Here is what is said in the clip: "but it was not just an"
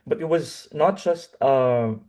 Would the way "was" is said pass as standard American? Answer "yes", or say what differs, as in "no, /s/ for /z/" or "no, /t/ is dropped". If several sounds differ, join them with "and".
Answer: yes